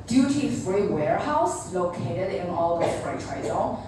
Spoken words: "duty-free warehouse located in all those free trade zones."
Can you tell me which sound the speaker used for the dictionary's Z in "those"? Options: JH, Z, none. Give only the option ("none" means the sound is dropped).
none